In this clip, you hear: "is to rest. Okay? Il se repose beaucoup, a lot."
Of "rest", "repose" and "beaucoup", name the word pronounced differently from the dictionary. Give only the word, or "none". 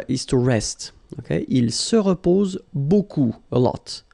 beaucoup